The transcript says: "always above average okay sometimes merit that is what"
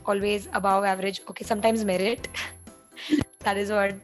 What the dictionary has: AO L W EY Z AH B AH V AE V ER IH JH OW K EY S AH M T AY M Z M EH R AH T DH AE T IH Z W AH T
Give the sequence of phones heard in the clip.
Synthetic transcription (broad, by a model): AO L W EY Z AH B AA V AE V ER IH JH OW K EY S AH M T AY M Z M EH R AH T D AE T IH Z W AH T